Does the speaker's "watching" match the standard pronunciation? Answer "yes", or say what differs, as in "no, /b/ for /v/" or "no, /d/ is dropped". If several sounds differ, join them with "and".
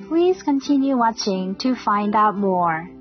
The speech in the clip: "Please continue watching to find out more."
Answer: yes